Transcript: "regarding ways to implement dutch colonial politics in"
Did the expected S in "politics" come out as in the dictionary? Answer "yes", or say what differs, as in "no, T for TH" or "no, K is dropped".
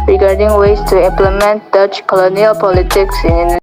yes